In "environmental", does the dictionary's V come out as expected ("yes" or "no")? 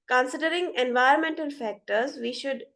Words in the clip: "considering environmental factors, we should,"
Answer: yes